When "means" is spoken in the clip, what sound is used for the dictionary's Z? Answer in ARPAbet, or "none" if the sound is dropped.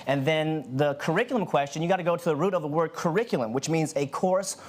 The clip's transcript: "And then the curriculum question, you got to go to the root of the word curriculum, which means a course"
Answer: Z